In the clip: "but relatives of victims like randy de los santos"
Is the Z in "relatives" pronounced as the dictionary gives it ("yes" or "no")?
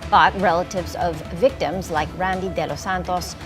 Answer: yes